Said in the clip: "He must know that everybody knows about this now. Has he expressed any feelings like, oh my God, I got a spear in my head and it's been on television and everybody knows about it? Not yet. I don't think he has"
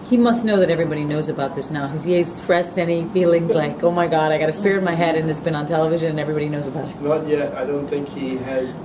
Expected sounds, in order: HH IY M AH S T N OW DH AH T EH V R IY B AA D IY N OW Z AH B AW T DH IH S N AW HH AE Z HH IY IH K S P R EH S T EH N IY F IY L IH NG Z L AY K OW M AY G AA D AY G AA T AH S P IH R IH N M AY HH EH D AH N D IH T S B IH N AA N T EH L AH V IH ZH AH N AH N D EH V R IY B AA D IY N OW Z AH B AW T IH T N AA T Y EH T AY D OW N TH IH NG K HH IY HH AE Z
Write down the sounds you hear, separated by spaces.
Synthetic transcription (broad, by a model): HH IY M AH S T N OW DH AH T EH V R IY B AA D IY N OW Z AH B AW T DH IH S N AW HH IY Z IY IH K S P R EH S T EH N IY F IY L IH NG Z L AY K OW M AY G AA D AY G AA T AH S P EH R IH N M AY HH EH D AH N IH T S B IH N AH N T EH L AH V IH ZH AH N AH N EH V R IY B AA D IY N OW Z AH B AW T IH T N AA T Y EH T AY D OW N TH IH NG K HH IY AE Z